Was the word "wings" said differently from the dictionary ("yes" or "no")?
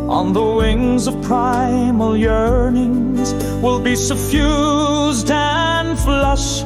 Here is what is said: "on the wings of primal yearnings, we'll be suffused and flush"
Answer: no